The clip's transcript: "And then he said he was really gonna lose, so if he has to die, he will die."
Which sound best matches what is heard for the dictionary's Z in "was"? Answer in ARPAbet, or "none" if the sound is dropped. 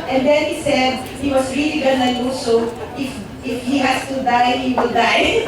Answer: S